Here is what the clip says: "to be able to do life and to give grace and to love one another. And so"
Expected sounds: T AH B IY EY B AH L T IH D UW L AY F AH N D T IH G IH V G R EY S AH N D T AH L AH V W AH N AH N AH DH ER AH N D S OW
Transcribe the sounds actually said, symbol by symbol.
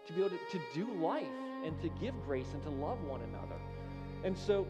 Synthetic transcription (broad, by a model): T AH B IY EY AH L T IH D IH L AY F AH N T IH G IH V G R EY S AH N T AH L AH V W AH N AH N AH DH ER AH N S OW